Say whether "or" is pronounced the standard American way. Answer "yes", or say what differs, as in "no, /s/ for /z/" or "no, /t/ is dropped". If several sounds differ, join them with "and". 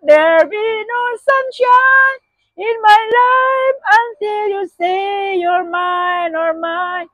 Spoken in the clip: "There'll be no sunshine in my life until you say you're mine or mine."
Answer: yes